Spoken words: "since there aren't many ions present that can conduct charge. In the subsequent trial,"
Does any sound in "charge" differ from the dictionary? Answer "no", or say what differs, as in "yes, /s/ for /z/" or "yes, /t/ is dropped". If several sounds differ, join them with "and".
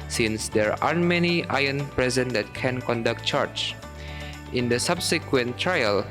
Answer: yes, /tʃ/ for /dʒ/